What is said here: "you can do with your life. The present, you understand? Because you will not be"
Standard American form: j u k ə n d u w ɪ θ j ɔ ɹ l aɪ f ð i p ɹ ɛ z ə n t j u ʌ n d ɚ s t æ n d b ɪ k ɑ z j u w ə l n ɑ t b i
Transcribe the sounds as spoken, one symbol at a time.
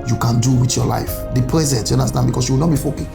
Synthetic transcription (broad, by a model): j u k ə n d u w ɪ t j ɔ l aɪ f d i p ɹ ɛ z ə n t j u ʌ n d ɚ s t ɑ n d b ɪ k ɑ s j u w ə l n ɑ t b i